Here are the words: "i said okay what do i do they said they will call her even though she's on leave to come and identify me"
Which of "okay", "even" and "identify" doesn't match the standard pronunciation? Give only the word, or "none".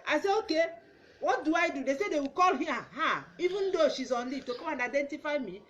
none